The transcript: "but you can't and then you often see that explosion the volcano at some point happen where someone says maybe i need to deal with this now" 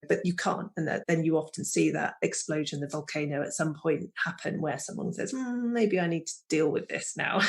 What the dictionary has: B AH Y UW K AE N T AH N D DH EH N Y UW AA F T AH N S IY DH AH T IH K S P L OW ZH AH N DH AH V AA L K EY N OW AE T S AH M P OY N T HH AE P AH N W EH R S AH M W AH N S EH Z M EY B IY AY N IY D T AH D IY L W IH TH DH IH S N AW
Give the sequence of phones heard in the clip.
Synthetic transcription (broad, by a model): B AH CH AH K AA N T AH N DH DH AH N Y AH AA F T AH N S IY DH AH T IH K S P L OW ZH AH N DH AH V AA L K EY N OW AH T S AH M P OY N T HH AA P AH N W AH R S AH M W AH N S EH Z M EY B IY AY N IY D T AH D IY L W IH DH IH S N AW